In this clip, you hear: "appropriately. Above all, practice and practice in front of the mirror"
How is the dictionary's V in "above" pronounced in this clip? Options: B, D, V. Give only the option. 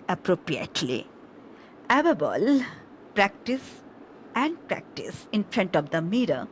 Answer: B